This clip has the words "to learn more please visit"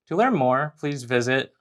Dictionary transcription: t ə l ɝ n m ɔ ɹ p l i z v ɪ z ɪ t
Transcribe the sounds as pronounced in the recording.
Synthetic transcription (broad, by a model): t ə l ɝ n m ɔ ɹ p l i z v ɪ z ɪ t